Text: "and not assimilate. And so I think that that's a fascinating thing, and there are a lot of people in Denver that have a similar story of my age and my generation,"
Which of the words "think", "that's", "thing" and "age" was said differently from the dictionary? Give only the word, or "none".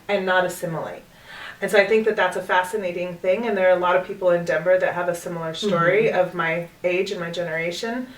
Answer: none